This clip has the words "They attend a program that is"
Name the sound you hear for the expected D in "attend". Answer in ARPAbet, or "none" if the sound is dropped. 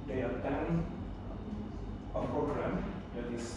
none